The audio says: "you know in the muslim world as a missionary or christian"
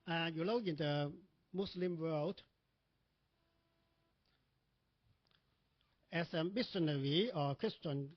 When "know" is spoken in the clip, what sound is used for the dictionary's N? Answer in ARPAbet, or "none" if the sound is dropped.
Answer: L